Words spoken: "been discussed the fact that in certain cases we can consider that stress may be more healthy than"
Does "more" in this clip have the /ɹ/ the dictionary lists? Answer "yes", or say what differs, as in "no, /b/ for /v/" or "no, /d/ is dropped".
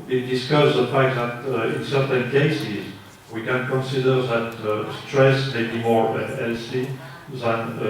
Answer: yes